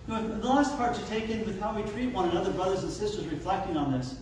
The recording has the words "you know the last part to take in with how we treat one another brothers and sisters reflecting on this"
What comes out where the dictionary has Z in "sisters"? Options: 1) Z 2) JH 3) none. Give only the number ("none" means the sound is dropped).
1